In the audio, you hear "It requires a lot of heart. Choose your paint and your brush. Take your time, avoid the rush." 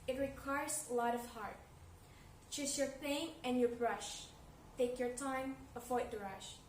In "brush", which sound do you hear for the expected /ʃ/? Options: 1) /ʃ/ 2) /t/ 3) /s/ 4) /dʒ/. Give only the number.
1